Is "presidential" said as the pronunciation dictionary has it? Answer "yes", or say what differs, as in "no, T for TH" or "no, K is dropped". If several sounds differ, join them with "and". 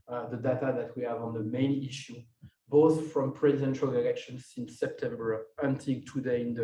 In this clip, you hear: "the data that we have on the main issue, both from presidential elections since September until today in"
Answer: yes